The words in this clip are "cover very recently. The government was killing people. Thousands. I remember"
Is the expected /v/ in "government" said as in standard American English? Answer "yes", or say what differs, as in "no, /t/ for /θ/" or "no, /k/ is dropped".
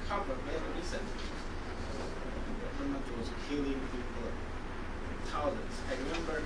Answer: no, /v/ is dropped